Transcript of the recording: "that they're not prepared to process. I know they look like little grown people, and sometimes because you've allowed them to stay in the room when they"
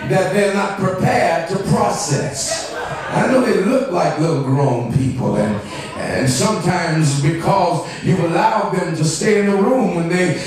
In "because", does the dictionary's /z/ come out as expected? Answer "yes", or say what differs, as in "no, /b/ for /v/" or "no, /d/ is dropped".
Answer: yes